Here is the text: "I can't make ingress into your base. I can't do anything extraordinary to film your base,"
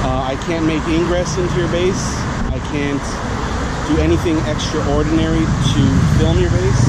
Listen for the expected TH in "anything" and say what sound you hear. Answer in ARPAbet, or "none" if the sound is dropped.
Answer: TH